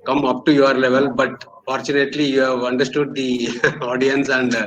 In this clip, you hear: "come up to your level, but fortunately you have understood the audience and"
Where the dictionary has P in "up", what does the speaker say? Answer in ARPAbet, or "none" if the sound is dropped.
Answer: P